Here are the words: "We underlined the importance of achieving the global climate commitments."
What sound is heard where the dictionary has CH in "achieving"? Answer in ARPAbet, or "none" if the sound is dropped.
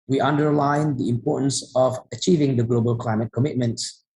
CH